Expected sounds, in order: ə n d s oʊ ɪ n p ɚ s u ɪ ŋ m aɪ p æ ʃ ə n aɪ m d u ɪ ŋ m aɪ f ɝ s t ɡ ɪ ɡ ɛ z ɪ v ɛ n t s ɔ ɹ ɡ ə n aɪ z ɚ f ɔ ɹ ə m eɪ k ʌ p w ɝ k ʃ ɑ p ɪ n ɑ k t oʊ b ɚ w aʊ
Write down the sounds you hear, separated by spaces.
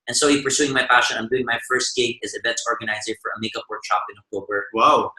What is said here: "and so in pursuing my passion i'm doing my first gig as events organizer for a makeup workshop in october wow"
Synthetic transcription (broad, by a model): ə n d s oʊ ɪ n p ɚ s u ɪ ŋ m aɪ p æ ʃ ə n aɪ m d u ɪ ŋ m aɪ f ɝ s t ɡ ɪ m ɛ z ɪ b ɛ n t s ɔ ɹ ɡ ə n aɪ z ɚ f ɔ ɹ ə m eɪ k ʌ p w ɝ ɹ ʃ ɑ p ɪ n ɑ k t oʊ b ɚ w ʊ